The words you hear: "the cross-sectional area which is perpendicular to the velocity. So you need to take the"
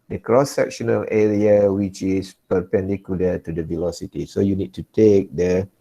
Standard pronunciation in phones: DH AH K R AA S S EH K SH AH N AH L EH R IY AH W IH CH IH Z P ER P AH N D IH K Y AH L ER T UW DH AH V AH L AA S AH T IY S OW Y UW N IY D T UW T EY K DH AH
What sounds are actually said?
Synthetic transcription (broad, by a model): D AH K R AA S S EH K SH AH N AH L EH R IY AH W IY CH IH S P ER P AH N D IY K Y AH L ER T UW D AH V AH L AA S AH T IY S OW Y UW N IY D T UW T EY K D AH